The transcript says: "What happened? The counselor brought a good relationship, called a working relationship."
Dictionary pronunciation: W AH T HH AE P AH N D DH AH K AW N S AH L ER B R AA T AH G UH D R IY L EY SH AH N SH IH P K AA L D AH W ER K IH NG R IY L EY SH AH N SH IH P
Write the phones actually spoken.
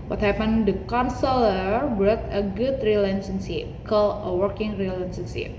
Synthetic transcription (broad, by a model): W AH T HH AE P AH N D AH K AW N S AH L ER B R AA T AH G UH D R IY L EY S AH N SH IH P K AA L AH W ER K IH NG R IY L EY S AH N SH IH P